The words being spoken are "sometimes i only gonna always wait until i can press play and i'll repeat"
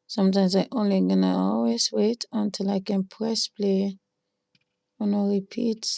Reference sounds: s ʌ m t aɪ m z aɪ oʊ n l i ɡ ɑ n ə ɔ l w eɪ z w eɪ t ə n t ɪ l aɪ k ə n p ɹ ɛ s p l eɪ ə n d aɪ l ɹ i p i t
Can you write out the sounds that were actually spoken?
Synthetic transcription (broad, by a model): s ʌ m t aɪ m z aɪ oʊ n l i ɡ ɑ n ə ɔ l w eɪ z w eɪ t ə n t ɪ l aɪ k ə n p ɹ ɛ s p l eɪ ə n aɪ ɹ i p i t